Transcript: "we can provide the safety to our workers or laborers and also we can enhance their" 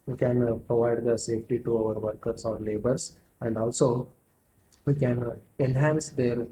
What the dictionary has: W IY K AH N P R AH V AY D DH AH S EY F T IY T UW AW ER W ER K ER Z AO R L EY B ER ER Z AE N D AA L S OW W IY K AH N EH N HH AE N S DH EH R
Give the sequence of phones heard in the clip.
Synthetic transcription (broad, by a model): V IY K AH N P R AH V AY D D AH S EY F T IY T UW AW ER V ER K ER S AO R L EY B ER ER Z AE N D AA L S OW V IY K AH N EH N HH AE N S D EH R